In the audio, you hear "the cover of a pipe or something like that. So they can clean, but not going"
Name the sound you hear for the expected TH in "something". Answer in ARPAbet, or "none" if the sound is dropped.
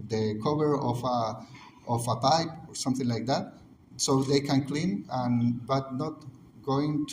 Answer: TH